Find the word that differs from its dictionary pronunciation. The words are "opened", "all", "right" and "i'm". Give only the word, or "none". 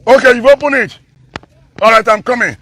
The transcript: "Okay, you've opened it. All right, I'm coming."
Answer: opened